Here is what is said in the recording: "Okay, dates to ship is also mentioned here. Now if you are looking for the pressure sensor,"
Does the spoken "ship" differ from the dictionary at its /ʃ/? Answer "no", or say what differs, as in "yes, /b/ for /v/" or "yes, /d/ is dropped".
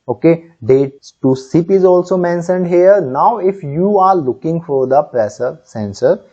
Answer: yes, /s/ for /ʃ/